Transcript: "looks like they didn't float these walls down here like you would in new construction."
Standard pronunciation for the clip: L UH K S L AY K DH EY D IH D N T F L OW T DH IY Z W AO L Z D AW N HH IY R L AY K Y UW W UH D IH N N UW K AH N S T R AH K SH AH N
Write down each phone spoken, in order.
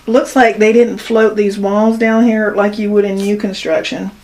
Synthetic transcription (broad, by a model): L UH K S L AY K DH EY D IH D N T F L OW T DH IY Z W AO L Z D AW N HH IY R L AY K Y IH W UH D IH N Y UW K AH N S T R AH K SH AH N